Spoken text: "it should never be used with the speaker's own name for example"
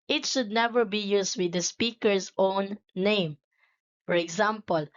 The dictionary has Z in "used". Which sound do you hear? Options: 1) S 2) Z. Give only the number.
1